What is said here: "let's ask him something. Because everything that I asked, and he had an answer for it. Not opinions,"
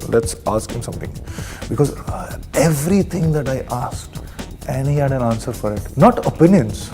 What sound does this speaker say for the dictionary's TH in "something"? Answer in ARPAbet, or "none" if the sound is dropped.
T